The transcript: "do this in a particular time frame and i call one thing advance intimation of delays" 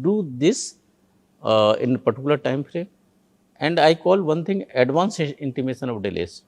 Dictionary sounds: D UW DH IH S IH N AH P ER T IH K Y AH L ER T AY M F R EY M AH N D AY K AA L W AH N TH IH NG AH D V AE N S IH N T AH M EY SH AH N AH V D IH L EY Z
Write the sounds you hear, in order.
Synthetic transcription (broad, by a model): D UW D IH S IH N AH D T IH K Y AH L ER T AY M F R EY AH N D AY K AA L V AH N T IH NG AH D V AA N S IH N T AH M EY SH AH N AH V D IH L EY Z